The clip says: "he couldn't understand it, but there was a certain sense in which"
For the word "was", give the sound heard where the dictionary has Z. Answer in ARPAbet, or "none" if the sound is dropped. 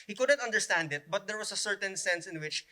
S